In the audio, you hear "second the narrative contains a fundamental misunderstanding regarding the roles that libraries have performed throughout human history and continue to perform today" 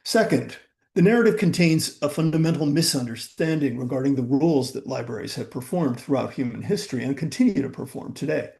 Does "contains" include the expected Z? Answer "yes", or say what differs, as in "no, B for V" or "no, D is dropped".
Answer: yes